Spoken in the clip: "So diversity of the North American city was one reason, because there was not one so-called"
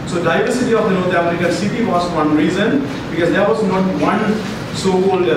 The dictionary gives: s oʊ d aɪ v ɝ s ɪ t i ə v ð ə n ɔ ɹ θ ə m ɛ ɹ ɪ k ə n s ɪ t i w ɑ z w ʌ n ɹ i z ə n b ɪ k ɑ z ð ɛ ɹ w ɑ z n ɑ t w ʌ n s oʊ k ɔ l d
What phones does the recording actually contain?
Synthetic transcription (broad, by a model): s oʊ d aɪ v ɝ s ɪ t i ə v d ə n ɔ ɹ t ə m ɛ ɹ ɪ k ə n s ɪ t i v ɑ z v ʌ n ɹ i z ə n b ɪ k ɑ z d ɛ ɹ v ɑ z n ɑ t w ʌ n s oʊ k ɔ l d